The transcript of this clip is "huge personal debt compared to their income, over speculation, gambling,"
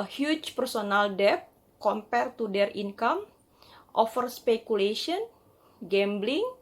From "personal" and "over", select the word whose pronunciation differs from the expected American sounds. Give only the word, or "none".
over